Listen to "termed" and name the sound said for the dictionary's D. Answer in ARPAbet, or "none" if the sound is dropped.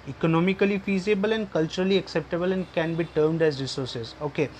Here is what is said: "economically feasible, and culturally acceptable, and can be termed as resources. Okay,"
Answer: D